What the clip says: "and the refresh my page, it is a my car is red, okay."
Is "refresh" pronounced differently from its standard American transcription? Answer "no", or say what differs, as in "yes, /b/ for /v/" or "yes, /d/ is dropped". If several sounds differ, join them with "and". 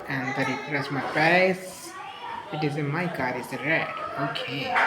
yes, /s/ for /ʃ/